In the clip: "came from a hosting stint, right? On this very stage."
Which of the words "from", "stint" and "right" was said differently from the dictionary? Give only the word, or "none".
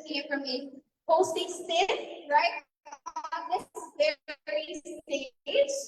stint